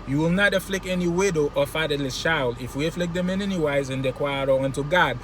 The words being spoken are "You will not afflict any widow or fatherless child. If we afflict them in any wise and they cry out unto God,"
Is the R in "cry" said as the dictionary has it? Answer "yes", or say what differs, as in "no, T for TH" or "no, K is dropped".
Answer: no, W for R